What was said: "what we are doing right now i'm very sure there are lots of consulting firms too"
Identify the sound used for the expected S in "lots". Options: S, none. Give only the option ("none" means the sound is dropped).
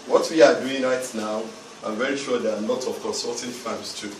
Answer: none